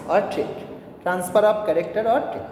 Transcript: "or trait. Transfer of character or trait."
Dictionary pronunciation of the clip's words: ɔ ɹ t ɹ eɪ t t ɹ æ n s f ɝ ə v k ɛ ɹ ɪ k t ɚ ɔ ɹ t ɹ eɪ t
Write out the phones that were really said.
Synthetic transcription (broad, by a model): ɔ ɹ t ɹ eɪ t t ɹ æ n s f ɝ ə p k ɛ ɹ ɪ k t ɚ ɔ ɹ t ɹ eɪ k